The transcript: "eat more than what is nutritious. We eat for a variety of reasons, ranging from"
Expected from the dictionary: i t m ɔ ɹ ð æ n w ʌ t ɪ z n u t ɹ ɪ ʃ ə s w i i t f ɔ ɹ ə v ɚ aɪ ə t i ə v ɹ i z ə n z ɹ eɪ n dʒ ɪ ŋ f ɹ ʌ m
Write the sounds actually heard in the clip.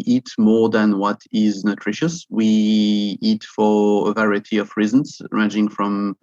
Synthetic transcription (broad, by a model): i t m ɔ ɹ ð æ n w ʌ t ɪ z n u t ɹ ɪ ʃ ə s w i i t f ɔ ɹ ə v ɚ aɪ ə t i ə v ɹ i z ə n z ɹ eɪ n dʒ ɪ ŋ f ɹ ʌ m